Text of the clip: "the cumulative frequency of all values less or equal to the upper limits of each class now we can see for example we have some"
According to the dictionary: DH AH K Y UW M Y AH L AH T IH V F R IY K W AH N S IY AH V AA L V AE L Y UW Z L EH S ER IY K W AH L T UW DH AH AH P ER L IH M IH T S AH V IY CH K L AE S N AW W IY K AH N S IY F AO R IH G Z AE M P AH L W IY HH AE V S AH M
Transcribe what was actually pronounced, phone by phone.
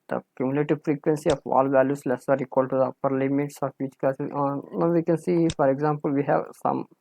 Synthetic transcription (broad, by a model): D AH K Y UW M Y L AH T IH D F R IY K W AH N S IY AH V AA L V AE L Y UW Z L EH S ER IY K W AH L T UW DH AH AH P ER L IH M IH T S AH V IY CH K AH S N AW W IY K AH N S IY F AO R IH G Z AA M P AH L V IY HH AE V S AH M